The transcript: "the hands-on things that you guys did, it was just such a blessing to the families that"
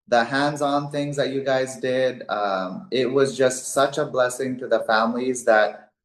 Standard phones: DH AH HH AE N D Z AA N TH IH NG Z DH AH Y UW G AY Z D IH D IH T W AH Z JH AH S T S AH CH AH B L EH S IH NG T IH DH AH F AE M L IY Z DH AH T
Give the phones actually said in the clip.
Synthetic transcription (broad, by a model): DH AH HH AE N D Z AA N TH IH NG Z DH AH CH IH G AY Z D IH D IH T W AH Z JH AH S T S AH CH AH B L EH S IH NG T IH DH AH F AE M L IY Z DH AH T